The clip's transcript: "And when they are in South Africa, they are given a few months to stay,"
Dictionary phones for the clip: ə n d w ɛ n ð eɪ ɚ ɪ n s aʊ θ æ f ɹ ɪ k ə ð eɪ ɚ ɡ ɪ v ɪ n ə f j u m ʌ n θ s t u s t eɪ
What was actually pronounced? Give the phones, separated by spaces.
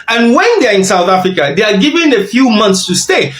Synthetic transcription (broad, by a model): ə n w ɛ n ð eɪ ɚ ɪ n s aʊ θ æ f ɹ ɪ k ə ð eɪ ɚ ɡ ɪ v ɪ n ə f j u m ʌ n θ s t u s t eɪ